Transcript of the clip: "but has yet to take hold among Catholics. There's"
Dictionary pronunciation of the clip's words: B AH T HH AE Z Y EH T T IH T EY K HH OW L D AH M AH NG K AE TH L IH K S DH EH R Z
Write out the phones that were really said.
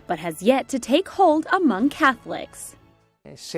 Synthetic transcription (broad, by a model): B AH T HH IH Z Y EH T T IH T EY K HH OW L D AH M AH NG K AE TH L IH K S